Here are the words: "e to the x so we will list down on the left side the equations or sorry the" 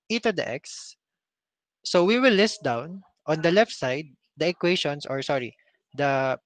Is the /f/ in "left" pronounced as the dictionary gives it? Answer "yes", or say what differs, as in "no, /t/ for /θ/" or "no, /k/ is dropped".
yes